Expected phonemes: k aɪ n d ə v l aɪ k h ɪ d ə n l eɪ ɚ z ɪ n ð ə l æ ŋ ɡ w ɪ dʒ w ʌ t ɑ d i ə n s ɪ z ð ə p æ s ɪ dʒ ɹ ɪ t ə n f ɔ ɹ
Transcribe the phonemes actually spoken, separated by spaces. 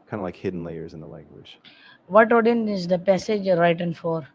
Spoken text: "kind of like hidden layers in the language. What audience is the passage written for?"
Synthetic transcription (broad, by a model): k aɪ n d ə l aɪ k h ɪ d n l eɪ ɚ z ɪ n ð ə l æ ŋ ɡ w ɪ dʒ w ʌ t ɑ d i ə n ɪ z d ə p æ s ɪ dʒ ɹ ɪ t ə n f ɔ ɹ